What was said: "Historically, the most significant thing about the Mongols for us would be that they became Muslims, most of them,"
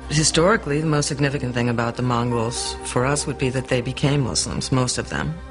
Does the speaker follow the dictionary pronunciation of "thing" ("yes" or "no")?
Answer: yes